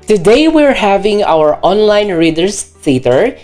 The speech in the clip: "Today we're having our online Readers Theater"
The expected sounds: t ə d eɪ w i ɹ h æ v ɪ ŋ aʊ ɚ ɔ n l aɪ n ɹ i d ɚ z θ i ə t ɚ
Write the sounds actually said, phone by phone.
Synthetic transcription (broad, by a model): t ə d eɪ w i ɹ h æ v ɪ ŋ aʊ ɚ ɔ n l aɪ n ɹ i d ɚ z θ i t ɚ